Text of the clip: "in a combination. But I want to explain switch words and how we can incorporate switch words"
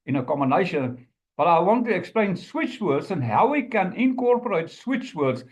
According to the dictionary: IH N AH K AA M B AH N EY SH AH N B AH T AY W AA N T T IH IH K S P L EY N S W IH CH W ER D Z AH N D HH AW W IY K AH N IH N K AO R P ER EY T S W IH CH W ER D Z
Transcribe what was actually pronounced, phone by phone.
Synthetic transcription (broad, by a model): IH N AH K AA M AH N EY SH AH N B AH T AY W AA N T T IH IH K S P L EY N S W IH CH W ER D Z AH N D HH AW W IY K AH N IH N K AO R P ER EY T S W IH CH W ER D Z